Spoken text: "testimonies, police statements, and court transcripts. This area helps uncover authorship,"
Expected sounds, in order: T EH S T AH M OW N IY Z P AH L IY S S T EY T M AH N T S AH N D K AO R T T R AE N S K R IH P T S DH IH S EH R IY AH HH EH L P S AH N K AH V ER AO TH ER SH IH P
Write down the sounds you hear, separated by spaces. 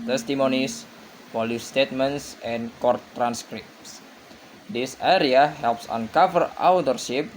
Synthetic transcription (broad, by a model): T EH S T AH M OW N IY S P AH L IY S S T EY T M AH N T S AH N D K AO R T T R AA N S K R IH P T S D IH S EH R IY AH HH EH L P S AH N K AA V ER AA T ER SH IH P